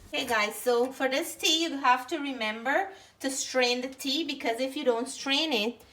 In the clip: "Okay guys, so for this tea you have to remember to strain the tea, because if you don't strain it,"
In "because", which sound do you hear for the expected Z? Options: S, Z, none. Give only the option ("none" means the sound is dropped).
Z